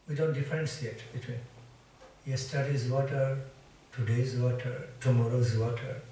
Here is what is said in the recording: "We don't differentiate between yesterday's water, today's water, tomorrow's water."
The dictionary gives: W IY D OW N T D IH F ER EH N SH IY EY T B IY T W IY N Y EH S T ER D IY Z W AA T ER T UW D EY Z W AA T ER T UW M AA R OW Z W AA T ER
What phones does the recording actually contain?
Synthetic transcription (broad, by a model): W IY D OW N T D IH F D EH N S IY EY T B IY T W IY N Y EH S T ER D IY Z W AA T ER T UW D EY Z W AA T ER T UW M AA R OW Z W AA T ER